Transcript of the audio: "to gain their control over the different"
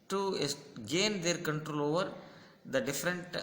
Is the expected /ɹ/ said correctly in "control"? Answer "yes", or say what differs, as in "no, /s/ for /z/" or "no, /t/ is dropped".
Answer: yes